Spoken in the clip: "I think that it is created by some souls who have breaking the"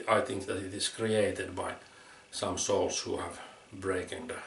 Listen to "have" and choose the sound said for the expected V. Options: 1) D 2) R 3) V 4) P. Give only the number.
3